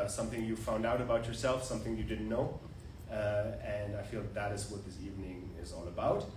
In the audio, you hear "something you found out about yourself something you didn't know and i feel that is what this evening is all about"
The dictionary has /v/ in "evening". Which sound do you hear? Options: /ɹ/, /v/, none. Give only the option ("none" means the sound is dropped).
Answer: /v/